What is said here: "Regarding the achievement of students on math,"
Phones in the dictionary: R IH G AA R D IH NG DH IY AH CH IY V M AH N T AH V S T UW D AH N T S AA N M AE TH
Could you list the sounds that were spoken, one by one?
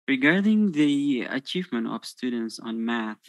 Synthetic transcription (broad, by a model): R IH G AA R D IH NG DH IY AH CH IY V M AH N T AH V S T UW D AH N T S AA N M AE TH